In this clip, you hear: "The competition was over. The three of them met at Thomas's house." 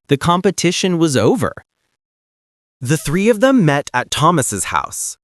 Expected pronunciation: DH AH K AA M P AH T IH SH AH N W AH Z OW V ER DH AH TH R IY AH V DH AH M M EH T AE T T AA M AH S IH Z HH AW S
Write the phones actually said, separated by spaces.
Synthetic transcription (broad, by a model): DH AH K AA M P AH T IH SH AH N W AH Z OW V ER DH AH TH R IY AH V DH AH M M EH T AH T T AA M AH S IH Z HH AW S